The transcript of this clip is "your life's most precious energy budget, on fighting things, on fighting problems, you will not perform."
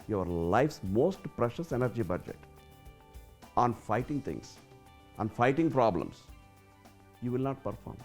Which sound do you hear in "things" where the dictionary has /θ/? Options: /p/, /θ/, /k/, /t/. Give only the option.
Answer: /t/